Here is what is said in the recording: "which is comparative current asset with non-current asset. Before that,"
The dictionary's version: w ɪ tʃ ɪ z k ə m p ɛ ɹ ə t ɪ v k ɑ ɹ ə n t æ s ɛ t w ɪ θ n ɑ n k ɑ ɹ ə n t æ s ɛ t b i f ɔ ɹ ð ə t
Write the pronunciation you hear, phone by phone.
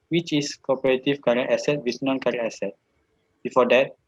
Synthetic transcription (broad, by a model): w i tʃ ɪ s k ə p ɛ ɹ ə t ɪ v k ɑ ɹ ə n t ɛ s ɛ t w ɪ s n ɑ n k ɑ ɹ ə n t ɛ s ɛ t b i f ɔ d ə t